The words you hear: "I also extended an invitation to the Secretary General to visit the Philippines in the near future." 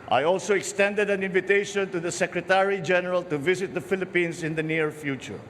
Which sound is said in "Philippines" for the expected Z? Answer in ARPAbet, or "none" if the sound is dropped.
S